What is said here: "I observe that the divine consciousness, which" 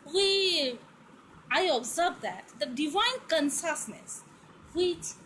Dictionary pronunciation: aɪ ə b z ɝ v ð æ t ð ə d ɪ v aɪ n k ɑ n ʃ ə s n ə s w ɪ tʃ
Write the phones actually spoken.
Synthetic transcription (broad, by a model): aɪ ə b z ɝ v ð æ t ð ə d ɪ v aɪ n k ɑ n s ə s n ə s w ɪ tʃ